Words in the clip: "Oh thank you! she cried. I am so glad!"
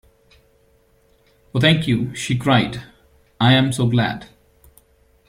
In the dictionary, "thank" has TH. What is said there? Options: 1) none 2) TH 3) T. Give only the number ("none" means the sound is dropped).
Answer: 3